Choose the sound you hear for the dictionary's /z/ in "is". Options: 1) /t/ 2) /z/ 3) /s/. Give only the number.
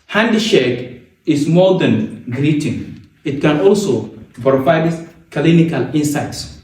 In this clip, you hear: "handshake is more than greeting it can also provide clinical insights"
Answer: 3